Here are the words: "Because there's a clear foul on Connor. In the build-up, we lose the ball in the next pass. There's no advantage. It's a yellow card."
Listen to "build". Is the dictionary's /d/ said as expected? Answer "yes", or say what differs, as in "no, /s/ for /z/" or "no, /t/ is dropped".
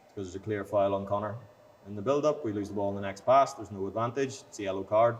yes